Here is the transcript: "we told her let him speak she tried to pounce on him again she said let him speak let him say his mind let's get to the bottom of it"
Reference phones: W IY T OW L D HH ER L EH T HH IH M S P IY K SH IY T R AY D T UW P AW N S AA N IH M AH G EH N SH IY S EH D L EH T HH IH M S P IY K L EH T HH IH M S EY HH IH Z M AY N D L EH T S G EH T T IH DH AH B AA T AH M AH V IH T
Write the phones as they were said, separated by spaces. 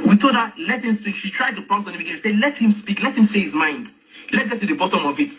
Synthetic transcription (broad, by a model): W IY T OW D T L EH T HH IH M S P IY K SH IY T R AY D T UW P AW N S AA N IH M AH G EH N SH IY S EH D L EH T HH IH M S P IY K L EH T HH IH M S EY HH IH Z M AY N D L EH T G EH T T IH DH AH B AA T AH M AH V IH T